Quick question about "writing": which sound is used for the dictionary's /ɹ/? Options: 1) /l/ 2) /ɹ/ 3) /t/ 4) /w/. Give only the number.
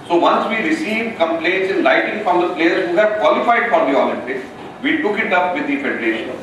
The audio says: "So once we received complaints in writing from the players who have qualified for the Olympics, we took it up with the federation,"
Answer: 1